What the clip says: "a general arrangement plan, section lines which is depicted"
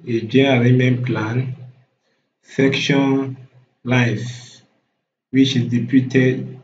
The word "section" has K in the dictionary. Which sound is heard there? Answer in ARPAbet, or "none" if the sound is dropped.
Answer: K